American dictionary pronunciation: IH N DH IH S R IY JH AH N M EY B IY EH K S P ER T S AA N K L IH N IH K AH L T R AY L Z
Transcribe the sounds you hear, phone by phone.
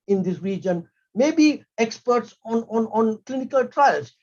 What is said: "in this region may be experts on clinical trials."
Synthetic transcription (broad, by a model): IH N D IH S R IY JH AH N M EY B IY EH K S P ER T S AA N K L IH N IH K AH L T R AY L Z